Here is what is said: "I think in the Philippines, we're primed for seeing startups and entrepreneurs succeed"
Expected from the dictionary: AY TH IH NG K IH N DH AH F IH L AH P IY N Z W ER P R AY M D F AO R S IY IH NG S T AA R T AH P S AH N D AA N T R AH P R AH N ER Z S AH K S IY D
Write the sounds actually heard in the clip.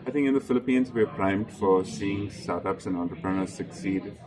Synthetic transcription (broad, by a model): AY T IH NG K IH N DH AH F IH L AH P IY N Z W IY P R AY M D F AO R S IY IH NG S T AA R T AH P S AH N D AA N T R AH P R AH N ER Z S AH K S IY D